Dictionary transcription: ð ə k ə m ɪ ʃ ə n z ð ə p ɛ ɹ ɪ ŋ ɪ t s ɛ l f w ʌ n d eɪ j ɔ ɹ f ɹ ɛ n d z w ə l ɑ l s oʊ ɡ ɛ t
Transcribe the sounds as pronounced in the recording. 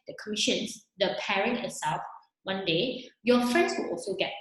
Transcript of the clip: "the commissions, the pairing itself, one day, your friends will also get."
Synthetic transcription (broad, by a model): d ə k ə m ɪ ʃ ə n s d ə p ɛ ɹ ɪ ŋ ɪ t s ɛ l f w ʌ n d eɪ j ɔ f ɹ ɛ n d s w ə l ɑ l s oʊ ɡ ɛ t